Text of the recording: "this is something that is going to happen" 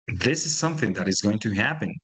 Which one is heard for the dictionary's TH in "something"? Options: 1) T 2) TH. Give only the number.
2